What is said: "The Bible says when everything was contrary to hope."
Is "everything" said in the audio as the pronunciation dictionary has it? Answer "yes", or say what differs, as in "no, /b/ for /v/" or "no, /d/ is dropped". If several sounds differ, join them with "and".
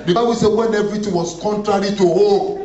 no, /t/ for /θ/